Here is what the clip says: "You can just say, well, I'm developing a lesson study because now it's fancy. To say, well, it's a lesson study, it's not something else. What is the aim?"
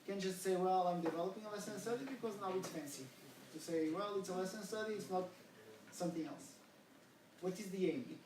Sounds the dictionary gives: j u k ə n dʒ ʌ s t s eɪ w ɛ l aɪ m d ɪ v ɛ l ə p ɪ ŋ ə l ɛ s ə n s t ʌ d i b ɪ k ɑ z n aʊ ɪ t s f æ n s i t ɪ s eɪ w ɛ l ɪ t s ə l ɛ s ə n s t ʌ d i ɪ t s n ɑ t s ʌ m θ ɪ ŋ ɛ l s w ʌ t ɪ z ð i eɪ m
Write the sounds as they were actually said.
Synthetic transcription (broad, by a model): k ə n dʒ ʌ s t s eɪ w ɛ l aɪ m d ɪ v ɛ l ə p ɪ ŋ ə l ɛ s ə n s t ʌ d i b ɪ k ɑ z n aʊ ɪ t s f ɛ n s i t ɪ s eɪ w ɛ l ɪ t s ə l ɛ s ə n s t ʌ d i ɪ t s n ɑ t s ʌ m θ ɪ ŋ ɛ l s w ʌ t ɪ z ð i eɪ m